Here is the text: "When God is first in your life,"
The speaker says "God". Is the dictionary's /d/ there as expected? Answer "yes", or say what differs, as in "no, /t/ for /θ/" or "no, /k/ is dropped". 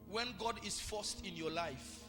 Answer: yes